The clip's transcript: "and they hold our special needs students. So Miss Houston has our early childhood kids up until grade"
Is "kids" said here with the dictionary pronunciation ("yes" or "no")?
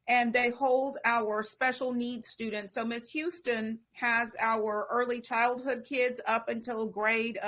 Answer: yes